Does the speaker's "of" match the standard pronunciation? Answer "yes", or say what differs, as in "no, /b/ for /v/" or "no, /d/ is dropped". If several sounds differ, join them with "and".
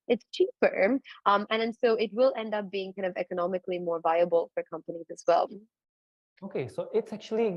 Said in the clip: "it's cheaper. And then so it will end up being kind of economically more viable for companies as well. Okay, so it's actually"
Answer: yes